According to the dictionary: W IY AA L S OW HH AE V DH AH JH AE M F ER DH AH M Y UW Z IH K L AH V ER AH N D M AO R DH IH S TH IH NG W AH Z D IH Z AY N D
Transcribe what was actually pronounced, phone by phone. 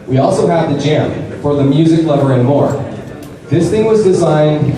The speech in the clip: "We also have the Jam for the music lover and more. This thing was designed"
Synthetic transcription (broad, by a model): W IY AA L S OW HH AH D DH AH JH AE M F ER DH AH M Y UW Z IH K L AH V ER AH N M AO R DH IH S TH IH NG W AH Z D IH Z AY N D